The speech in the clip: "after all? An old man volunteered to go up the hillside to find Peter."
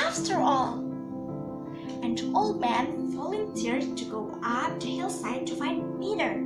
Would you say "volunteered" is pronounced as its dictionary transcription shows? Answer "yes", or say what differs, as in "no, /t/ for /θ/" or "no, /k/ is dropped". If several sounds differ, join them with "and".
no, /f/ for /v/